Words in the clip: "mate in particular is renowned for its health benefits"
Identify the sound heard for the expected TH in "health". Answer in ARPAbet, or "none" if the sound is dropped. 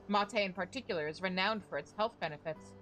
TH